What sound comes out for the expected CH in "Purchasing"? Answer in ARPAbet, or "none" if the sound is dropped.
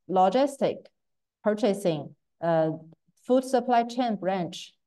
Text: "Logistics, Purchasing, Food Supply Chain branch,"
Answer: CH